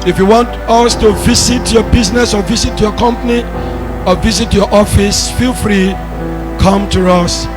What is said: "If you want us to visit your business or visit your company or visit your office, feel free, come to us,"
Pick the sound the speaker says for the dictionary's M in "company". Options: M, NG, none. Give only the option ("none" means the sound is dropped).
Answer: M